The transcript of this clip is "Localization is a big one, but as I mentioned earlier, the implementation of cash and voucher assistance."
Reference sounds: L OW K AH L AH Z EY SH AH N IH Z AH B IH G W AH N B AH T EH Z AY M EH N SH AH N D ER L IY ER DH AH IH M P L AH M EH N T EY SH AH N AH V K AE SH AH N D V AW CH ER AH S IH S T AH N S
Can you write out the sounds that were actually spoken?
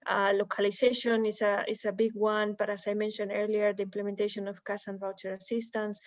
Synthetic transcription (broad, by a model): L OW K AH L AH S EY SH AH N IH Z AH B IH G W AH N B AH T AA S AY M EH N SH AH N D ER L IY ER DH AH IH M P L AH M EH N T EY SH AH N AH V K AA S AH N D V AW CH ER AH S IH S T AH N S